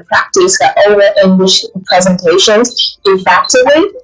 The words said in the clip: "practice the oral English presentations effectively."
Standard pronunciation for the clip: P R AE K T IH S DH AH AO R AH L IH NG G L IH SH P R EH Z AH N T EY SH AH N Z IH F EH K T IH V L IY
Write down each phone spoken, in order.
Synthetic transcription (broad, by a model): P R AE K T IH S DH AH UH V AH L IH NG G L IH SH P R EH Z AH N T EY SH AH N Z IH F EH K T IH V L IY